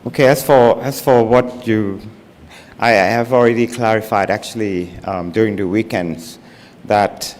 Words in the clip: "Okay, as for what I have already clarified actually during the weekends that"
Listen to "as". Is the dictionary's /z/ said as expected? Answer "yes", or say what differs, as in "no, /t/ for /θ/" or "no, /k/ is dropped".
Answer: no, /s/ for /z/